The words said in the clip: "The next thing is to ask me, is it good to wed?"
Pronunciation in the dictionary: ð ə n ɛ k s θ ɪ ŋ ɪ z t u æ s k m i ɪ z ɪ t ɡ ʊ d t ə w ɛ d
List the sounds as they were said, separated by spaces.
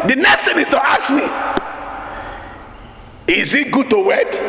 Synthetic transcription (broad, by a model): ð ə n ɛ k s t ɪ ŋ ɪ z t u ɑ s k m i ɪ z ɪ t ɡ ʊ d t ə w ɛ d